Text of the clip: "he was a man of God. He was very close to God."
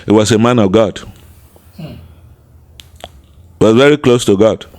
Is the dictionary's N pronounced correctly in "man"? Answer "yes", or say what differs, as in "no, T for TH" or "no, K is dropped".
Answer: yes